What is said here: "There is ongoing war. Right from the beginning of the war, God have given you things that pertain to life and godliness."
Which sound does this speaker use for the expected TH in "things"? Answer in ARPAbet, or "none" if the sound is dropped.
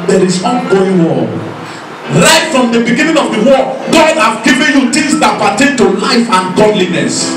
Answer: T